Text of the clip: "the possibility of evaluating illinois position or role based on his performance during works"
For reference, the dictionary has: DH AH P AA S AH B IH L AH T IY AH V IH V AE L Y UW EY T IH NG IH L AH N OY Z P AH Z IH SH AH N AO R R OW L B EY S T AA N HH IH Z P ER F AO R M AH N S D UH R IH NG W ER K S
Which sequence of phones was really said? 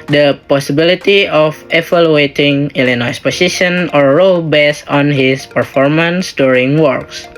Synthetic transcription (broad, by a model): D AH P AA S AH B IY L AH T IY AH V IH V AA L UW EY T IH NG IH L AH N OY S P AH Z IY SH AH N AO R R OW L B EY S AA N HH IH S P ER F AO R M AH N S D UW R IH NG W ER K S